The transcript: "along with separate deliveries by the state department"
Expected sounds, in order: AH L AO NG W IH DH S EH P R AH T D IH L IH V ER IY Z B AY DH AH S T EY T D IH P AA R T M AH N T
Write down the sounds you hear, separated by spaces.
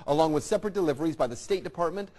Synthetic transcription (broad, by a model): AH L AO NG W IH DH S EH P R AH T D IH L IH V ER IY Z B AY DH AH S T EY T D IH P AA R T M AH N T